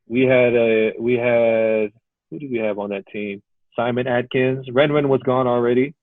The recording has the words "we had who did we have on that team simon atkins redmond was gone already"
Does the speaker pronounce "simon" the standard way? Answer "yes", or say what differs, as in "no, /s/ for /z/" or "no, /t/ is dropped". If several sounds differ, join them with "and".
yes